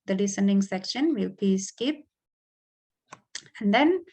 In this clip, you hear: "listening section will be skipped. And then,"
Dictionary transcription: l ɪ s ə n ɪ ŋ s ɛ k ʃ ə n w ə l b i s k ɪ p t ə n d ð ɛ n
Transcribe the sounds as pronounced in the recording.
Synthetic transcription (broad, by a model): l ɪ s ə n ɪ ŋ s ɛ k ʃ ə n w ə l b i s k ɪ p ə n d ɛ n